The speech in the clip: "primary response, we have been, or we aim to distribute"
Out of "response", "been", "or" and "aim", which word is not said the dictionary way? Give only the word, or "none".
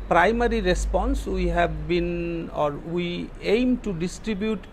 none